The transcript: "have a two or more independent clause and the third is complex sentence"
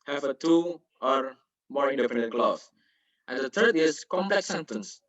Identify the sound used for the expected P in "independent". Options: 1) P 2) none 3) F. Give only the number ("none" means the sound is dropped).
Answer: 3